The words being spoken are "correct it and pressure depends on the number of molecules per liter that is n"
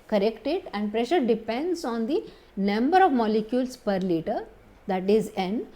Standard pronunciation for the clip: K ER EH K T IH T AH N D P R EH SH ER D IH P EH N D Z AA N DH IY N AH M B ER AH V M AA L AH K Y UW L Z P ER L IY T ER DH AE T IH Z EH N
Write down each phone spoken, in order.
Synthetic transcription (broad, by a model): K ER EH K T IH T AH N D P R EH SH ER D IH P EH N D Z AA N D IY N AH M B ER AH V M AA L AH K Y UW L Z P ER L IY T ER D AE T IH Z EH N